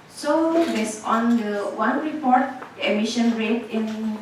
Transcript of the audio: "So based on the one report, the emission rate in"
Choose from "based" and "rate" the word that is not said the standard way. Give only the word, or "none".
based